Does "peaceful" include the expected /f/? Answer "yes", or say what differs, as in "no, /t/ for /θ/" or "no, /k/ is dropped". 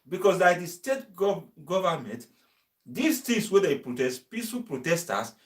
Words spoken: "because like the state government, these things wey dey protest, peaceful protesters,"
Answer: no, /f/ is dropped